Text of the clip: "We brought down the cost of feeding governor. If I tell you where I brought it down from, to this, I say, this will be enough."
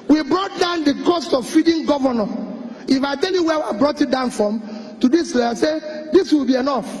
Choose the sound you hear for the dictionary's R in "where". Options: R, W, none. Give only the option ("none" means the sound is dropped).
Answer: W